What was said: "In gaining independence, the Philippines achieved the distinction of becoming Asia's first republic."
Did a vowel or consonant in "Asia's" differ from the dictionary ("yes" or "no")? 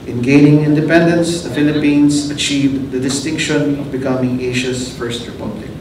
yes